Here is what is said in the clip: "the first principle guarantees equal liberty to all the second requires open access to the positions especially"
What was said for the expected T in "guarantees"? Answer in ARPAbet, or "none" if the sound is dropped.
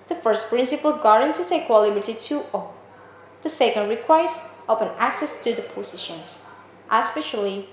S